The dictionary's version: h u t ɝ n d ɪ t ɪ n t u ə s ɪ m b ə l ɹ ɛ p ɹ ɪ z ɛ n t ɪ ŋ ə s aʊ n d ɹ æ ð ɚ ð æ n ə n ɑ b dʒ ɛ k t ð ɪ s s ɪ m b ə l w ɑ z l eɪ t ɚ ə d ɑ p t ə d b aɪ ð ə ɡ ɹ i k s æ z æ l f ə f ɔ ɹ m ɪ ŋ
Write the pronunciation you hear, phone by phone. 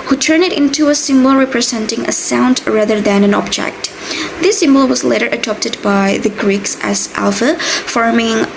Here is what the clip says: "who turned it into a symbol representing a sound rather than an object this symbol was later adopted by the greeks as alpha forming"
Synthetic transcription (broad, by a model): h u t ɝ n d ɪ t ɪ n t u ə s ɪ m b ə l ɹ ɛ p ɹ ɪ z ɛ n t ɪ ŋ ə s aʊ n d ɹ æ ð ɚ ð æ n ə n ɑ b dʒ ɛ k t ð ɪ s s ɪ m b ə l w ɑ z l eɪ t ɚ ə d ɑ p t ə d b aɪ ð ə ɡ ɹ i k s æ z æ l f ə f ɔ ɹ m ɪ ŋ